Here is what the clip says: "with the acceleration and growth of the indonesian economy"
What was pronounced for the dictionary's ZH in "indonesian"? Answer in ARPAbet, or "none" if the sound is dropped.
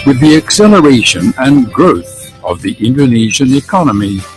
ZH